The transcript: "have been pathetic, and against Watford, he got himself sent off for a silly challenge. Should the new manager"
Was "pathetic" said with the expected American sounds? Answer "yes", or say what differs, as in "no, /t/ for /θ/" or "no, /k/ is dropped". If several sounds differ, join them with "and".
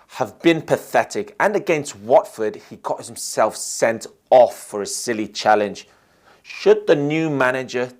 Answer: yes